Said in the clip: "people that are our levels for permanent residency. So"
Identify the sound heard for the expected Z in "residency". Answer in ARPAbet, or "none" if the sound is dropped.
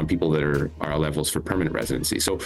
Z